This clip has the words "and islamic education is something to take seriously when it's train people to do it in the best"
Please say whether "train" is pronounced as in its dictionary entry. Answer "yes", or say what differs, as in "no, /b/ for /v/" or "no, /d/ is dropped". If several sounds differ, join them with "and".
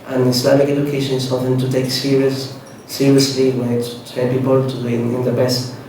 no, /ɹ/ is dropped and /l/ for /n/